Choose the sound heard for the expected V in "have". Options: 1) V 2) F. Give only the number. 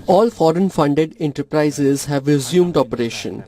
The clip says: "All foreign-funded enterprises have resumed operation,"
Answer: 1